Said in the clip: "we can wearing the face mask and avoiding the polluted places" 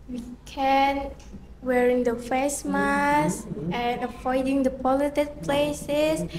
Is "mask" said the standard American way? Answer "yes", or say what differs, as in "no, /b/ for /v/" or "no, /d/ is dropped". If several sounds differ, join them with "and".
no, /k/ is dropped